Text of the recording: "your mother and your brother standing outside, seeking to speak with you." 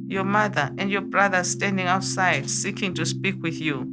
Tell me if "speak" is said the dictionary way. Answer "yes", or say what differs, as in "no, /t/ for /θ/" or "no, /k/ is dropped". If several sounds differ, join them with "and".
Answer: yes